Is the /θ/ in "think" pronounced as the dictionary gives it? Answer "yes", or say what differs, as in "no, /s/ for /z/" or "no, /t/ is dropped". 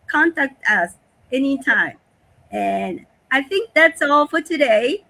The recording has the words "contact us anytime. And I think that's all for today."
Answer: yes